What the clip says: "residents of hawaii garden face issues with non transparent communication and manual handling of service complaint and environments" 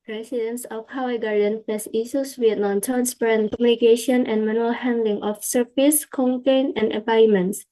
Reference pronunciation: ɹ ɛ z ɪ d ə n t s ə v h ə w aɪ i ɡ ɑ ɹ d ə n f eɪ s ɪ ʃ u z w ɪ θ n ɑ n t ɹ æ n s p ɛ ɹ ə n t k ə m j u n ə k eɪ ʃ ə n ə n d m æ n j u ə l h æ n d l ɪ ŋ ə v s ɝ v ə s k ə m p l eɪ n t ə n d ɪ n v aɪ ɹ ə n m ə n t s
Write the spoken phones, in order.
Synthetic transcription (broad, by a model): ɹ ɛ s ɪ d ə n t s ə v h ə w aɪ ɡ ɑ ɹ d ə n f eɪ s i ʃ u s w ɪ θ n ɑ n t ɹ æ n s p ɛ ɹ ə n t k ə m j u n ə k eɪ ʃ ə n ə n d m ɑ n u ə l h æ n d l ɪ ŋ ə f s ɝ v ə s k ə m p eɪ n ə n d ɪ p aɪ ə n m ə n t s